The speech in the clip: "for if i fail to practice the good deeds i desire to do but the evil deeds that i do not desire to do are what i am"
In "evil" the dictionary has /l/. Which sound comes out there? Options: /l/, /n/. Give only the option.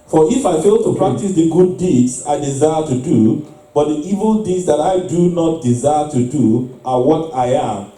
/l/